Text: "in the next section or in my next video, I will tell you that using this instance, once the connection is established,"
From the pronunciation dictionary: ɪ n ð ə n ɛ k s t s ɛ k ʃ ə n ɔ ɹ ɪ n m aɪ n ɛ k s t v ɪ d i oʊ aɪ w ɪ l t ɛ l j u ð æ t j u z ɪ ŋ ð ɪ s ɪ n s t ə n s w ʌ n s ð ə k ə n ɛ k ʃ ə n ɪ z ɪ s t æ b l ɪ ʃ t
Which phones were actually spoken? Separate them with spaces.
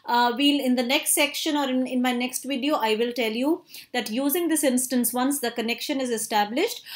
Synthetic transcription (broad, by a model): ɪ n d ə n ɛ k s t s ɛ k ʃ ə n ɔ ɹ ɪ n m aɪ n ɛ k s t v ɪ d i oʊ aɪ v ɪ l t ɛ l j u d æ t j u z ɪ ŋ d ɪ s ɪ n s t ə n s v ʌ n s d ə k ə n ɛ k ʃ ə n ɪ z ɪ s t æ b l ɪ ʃ t